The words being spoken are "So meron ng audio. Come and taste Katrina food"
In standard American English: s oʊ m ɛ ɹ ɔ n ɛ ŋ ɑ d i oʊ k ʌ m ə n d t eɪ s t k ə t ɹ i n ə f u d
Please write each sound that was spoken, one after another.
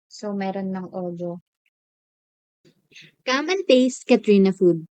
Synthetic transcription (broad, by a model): s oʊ m ɛ ɹ ɔ n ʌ ŋ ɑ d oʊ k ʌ m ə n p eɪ s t k ə t ɹ i n ə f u d